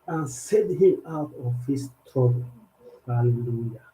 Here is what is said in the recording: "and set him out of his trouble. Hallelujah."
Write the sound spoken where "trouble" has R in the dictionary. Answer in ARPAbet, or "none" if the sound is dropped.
none